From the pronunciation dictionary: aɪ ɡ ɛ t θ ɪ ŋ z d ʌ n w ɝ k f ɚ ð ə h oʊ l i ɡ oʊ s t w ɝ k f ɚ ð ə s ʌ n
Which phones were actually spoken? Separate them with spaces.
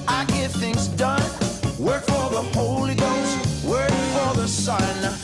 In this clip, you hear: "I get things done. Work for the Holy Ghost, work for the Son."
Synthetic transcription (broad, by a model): aɪ ɡ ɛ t θ ɪ ŋ z d ʌ n w ɝ k f ɚ ð ə h oʊ l i ɡ oʊ s t w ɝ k f ɚ ð ə s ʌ n